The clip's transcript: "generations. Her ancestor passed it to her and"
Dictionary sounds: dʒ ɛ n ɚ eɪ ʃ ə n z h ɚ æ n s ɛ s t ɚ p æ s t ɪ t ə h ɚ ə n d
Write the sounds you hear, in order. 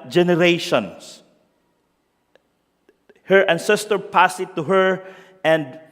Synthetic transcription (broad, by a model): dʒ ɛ n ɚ eɪ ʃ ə n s h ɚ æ n s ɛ s t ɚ p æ s ɪ t ə h ɚ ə n d